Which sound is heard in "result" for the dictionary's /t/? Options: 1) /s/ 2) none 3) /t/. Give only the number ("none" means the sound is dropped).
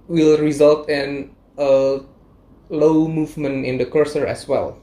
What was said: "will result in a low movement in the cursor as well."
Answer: 3